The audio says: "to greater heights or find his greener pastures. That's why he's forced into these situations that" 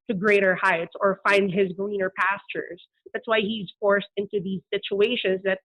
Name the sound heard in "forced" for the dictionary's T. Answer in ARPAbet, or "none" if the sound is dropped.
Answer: T